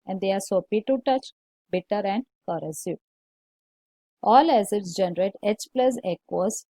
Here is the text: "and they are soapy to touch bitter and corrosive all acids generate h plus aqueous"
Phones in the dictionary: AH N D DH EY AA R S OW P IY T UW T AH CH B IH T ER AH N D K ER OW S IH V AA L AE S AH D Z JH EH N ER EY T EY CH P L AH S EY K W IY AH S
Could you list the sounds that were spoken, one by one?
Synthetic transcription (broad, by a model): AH N D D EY AA R S OW P IY T UW T AH CH B IH T ER AH N D K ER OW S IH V AA L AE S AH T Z JH EH N ER EY T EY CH P L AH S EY K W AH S